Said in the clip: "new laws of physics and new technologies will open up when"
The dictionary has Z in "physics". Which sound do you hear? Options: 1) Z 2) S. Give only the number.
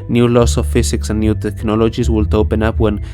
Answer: 2